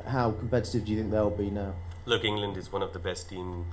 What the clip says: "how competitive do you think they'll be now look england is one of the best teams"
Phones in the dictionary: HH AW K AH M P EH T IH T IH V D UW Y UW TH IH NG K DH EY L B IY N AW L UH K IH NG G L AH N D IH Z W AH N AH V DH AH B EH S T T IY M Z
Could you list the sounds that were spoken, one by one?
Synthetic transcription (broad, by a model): HH AW K AH M P EH T IH T IH V D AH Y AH TH IH NG K DH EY L B IY N AW L UH K IH NG G L AH N D IH Z W AH N AH V DH AH B EH S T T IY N